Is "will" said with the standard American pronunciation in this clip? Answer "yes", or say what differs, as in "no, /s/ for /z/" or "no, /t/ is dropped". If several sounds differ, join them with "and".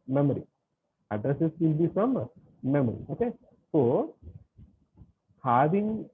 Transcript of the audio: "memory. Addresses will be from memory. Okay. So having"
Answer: no, /n/ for /l/